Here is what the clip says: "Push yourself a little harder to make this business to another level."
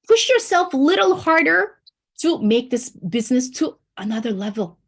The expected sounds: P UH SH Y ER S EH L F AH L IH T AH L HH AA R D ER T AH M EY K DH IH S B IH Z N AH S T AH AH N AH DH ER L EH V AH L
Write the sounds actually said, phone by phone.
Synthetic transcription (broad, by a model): P UH SH Y ER S EH L F L IH T L HH AA R D ER T AH M EY K DH IH S B IH Z N AH S T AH AH N AH DH ER L EH V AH L